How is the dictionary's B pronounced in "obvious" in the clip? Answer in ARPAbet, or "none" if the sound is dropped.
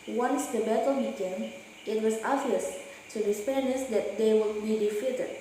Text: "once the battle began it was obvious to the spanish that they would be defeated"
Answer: none